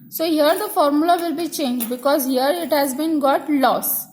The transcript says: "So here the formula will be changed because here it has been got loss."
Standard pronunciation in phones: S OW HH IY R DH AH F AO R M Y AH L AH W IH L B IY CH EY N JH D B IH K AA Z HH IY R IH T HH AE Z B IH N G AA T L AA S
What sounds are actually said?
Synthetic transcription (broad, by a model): S OW HH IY R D AH F AO R M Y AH L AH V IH L B IY CH EY N JH D B IH K AA Z HH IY R IH T HH AE Z B IH N G AA T L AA S